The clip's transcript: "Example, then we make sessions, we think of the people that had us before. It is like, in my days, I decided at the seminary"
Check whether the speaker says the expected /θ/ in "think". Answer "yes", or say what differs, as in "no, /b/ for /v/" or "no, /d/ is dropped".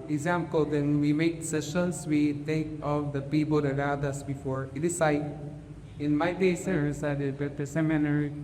no, /t/ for /θ/